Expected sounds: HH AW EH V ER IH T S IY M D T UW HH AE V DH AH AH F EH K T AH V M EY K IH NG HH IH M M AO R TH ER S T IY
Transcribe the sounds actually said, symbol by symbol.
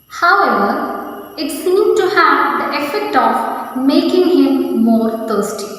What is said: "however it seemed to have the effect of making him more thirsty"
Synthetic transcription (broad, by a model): HH AW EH V ER IH T S IY M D T UW HH AE V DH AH AH F EH K T AH V M EY K IH NG HH IH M M AO R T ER S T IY